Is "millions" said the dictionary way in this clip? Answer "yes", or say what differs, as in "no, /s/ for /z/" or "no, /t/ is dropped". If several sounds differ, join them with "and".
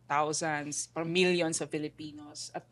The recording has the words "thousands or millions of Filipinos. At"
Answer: no, /s/ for /z/